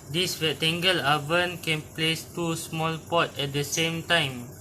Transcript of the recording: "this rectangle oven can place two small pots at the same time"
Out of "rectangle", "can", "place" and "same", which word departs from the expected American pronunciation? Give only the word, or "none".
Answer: rectangle